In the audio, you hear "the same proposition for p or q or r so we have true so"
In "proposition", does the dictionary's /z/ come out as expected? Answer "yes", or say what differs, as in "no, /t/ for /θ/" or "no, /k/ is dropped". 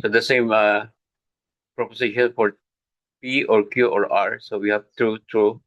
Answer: no, /s/ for /z/